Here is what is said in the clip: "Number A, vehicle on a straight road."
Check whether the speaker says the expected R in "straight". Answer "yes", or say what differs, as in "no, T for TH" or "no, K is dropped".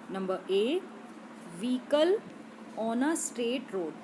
no, R is dropped